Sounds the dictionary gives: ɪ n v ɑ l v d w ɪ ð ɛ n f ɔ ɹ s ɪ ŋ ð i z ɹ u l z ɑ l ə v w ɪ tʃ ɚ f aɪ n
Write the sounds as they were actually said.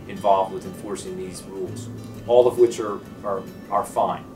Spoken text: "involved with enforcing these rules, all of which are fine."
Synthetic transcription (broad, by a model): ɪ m v ɑ l v d w ɪ ð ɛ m f ɔ ɹ s ɪ ŋ ð i z ɹ u l z ɑ l ə v w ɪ tʃ ɚ f aɪ n